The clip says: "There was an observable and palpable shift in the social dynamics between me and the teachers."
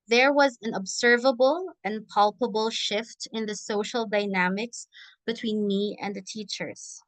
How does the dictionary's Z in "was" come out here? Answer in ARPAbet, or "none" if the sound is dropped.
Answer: Z